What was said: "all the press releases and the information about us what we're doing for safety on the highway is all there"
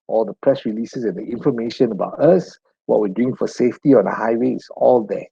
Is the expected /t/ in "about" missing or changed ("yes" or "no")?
no